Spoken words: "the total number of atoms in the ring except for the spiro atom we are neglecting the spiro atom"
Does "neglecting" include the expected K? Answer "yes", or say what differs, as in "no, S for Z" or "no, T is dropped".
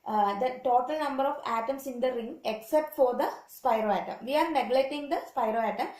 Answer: no, K is dropped